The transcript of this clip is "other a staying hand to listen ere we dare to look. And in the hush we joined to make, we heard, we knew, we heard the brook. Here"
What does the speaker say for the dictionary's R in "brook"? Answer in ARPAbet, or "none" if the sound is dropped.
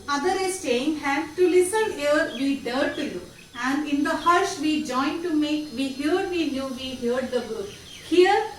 none